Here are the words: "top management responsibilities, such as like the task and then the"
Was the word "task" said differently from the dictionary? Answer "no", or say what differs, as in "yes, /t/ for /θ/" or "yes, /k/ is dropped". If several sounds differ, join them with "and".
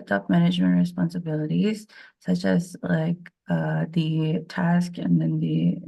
no